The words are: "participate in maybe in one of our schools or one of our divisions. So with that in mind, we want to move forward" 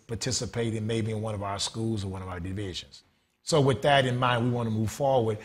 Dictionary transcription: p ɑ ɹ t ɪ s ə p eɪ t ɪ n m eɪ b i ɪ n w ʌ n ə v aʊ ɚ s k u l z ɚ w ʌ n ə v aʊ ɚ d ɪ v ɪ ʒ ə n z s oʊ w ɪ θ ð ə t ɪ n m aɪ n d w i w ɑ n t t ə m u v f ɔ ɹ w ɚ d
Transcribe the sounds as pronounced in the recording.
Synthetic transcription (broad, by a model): p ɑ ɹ t ɪ s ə p eɪ t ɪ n m eɪ b i ɪ n w ʌ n ə v aʊ ɚ s k u l z ɚ w ʌ n ə v aʊ ɚ d ɪ v ɪ ʒ ə n z s oʊ w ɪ ð ə t ɪ n m aɪ n d w i w ɑ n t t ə m u v f ɔ ɹ w ɚ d